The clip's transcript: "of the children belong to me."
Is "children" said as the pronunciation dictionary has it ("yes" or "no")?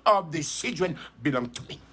no